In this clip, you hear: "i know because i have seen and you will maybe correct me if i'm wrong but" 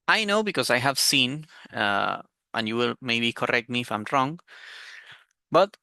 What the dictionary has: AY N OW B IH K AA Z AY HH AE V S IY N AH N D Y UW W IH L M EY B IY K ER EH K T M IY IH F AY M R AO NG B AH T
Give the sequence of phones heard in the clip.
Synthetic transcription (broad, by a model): AY N OW B IH K AA Z AY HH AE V S IY N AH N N Y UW W IH L M EY B IY K ER EH K T M IY IH F AY M R AO NG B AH T